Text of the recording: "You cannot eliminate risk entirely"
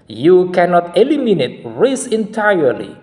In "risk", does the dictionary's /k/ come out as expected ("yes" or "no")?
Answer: no